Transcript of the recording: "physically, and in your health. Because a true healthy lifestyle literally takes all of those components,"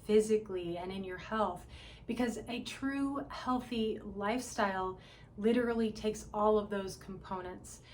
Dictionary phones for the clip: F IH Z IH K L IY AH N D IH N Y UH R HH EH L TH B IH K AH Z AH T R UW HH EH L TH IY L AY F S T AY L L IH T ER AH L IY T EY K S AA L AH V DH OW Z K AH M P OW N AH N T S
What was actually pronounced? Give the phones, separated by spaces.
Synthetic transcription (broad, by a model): F IH Z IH K L IY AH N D IH N Y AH R HH EH L TH B IH K AH Z AH T R UW HH EH L TH IY L AY F S T AY L L IH T ER L IY T EY K S AA L AH V DH OW Z K M P OW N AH N T S